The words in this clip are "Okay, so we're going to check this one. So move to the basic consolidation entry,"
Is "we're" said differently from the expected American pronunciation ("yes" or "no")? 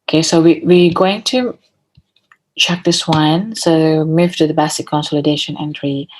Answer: yes